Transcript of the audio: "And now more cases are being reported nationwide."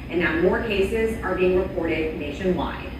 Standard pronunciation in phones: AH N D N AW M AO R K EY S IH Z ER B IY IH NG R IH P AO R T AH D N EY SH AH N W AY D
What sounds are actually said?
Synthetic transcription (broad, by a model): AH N N AW M AO R K EY S IH Z ER B IY IH NG R IH P AO R T AH D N EY SH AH N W AY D